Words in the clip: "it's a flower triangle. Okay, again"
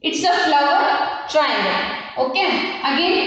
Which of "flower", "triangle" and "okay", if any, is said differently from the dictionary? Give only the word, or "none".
triangle